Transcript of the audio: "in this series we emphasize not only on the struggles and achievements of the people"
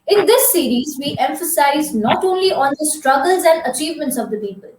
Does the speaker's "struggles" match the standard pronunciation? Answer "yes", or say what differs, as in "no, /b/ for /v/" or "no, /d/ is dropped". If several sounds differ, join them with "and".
yes